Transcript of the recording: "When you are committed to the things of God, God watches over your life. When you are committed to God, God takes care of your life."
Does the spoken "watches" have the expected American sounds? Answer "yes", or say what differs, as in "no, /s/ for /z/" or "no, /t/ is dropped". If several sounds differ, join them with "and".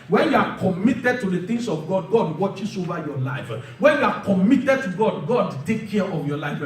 no, /s/ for /z/